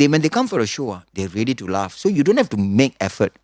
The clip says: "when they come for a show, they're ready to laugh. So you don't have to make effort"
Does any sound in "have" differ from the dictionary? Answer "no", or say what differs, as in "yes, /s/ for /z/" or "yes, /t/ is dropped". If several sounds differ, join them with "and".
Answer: yes, /f/ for /v/